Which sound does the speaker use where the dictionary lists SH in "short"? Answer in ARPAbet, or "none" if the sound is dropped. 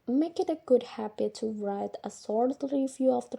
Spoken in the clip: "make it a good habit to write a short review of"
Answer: S